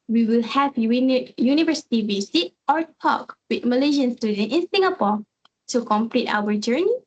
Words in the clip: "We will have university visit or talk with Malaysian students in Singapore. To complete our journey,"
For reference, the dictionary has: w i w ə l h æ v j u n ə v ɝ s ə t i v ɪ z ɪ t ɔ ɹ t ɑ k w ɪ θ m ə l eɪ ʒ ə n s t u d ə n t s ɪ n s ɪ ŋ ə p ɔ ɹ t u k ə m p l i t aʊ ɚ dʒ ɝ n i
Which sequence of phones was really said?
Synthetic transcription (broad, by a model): w i w ə l h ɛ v j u n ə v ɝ s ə t i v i s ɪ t ɔ ɹ t ɑ k w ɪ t m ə l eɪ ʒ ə n s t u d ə n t ɪ n s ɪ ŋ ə p ɔ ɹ t u k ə m p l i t aʊ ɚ dʒ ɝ n i